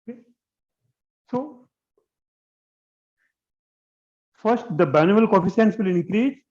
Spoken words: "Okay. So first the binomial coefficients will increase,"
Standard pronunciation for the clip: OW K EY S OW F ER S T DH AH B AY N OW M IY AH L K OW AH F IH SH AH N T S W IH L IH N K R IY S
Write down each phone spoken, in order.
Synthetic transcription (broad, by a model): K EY S OW F ER S T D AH B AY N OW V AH L K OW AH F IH S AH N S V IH L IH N K R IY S